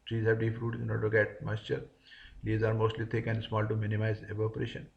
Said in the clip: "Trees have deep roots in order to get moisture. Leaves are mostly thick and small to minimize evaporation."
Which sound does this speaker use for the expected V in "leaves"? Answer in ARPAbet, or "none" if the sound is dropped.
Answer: none